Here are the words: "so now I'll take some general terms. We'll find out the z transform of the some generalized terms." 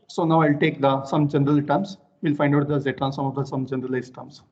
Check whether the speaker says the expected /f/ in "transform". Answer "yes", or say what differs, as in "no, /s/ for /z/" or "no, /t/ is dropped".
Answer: no, /f/ is dropped